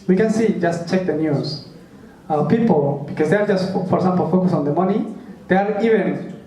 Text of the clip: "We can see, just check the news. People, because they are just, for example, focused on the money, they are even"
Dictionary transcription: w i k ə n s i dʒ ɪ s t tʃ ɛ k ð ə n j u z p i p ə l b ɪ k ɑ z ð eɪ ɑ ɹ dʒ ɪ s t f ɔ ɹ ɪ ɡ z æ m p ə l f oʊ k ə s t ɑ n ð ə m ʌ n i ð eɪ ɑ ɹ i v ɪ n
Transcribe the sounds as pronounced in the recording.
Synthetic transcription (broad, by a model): w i k ə n s i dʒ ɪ s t tʃ ɛ k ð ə n j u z p i p ə l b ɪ k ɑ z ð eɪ ɑ ɹ dʒ ɪ s t f ɔ ɹ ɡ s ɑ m p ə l f oʊ k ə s ɑ n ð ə m ʌ n i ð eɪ ɑ ɹ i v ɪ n